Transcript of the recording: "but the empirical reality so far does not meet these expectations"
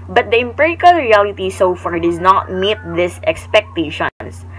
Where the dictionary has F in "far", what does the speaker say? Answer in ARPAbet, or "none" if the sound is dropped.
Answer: F